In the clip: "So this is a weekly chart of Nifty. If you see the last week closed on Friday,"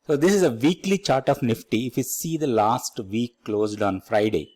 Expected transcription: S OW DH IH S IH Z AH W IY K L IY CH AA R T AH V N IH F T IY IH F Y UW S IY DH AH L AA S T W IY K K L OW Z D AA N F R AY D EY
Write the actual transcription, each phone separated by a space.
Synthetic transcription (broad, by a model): S OW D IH S IH Z AH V IY K L IY CH AA R T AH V N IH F T IY IH F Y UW S IY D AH L AA S T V IY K K L OW Z D AA N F R AY D EY